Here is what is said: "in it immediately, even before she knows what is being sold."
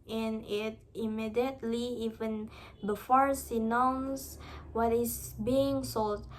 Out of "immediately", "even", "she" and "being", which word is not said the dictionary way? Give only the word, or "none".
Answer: she